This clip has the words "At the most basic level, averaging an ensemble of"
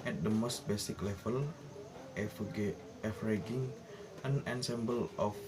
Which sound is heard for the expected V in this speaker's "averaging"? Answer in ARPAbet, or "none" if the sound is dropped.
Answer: F